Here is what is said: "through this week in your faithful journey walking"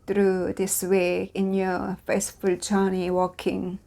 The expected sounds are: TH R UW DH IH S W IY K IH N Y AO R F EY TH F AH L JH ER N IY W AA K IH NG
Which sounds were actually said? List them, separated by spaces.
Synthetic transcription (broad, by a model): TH R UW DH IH S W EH IH N Y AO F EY T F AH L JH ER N IY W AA K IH NG